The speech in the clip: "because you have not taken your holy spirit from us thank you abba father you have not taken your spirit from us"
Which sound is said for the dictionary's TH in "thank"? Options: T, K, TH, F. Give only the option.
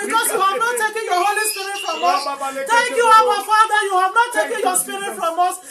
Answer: T